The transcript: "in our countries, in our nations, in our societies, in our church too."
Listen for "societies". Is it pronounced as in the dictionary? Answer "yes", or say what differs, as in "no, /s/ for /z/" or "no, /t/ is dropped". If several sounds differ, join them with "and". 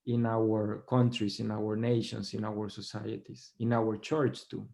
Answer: no, /s/ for /z/